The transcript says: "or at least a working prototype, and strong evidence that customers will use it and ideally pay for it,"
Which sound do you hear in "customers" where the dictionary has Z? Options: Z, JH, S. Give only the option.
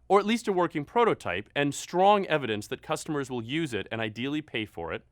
Z